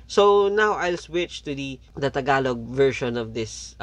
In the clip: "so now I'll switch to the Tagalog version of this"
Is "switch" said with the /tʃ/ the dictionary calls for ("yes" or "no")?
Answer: yes